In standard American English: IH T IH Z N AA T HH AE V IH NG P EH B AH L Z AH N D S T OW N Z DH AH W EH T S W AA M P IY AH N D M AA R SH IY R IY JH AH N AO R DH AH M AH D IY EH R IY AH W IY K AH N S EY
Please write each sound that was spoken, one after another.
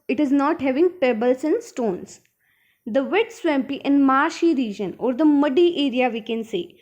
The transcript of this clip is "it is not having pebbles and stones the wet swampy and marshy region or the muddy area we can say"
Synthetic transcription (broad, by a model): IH T IH Z N AA T HH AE V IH NG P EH B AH L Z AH N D S T OW N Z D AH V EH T S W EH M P IY AH N D M AA R SH IY R IY JH AH N AO R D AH M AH D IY EH R IY AH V IY K AH N S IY